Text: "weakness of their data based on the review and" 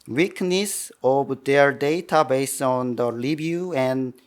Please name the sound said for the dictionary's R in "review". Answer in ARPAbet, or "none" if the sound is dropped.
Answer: L